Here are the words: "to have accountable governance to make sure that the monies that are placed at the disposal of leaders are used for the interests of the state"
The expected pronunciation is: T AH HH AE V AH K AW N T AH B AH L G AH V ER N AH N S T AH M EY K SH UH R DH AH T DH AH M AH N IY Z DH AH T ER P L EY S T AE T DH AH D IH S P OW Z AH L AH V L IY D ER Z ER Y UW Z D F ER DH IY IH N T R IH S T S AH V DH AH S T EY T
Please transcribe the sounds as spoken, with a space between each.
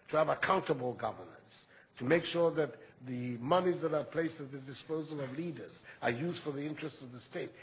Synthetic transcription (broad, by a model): T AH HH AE V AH K AW N T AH B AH L G AH V ER N AH N S T AH M EY K SH UH R DH AH T DH AH M AH N IY Z DH AH T ER P L EY S T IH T DH AH D IH S P OW Z AH L AH V L IY D ER Z ER Y UW Z D F ER DH IY IH N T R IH S T S AH V DH AH S T EY T